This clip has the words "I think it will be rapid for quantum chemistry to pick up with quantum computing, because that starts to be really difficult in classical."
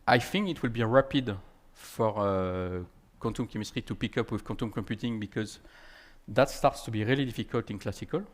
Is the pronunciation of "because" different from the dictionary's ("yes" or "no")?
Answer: no